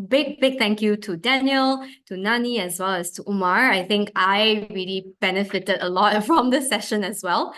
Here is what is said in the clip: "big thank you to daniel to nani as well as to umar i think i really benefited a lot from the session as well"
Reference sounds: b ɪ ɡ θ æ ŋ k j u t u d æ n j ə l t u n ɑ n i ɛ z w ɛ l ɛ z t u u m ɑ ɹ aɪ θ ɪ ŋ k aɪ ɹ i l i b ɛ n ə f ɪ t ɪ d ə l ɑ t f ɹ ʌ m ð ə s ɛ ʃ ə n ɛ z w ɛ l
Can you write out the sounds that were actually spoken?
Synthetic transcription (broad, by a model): b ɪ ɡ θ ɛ ŋ k j u t u d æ n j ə l t u n ɑ n i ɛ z w ɛ l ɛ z t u u m ɑ ɹ aɪ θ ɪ ŋ k aɪ ɹ i l i b ɛ n ə f ɪ t ɪ d ə l ɑ t f ɹ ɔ m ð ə s ɛ ʃ ə n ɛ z w ɛ l